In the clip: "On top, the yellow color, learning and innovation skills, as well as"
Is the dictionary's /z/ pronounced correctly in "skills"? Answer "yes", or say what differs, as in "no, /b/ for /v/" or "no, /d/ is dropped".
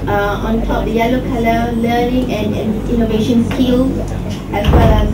no, /z/ is dropped